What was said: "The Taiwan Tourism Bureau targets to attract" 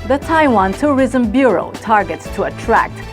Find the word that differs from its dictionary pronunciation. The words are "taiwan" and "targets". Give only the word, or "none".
none